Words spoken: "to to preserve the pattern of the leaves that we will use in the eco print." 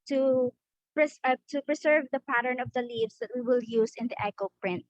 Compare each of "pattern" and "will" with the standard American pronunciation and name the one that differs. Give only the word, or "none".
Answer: none